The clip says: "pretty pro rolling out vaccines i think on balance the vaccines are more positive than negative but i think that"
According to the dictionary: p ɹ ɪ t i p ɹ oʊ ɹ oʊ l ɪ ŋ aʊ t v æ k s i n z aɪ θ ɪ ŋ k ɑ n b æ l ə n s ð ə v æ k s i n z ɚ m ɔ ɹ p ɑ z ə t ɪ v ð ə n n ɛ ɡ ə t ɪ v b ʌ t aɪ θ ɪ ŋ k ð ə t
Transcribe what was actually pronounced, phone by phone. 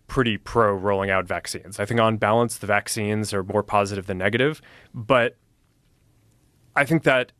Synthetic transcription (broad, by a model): p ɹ ɪ t i p ɹ oʊ ɹ oʊ l ɪ ŋ aʊ t v æ k s i n z aɪ θ ɪ ŋ k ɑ n b æ l ə n s ð ə v æ k s i n z ɚ m ɔ ɹ p ɑ z ə t ɪ v ð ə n n ɛ ɡ ə t ɪ v b ʌ t aɪ θ ɪ ŋ k ð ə t